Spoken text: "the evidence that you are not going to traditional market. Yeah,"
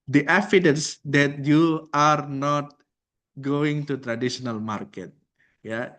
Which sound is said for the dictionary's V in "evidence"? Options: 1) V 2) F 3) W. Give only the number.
2